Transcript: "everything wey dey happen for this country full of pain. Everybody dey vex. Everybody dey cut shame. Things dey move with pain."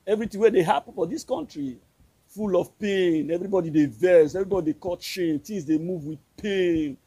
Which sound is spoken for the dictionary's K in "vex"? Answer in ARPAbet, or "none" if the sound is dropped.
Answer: none